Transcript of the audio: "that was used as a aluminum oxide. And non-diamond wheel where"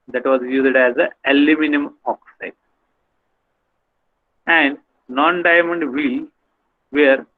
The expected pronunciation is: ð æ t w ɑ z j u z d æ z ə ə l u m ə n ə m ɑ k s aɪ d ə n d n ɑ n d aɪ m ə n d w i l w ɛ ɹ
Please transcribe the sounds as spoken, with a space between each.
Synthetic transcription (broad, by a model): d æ t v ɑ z j u z d æ z ə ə l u m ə n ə m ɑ k s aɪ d ə n d n ɑ n d aɪ m ə n d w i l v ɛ ɹ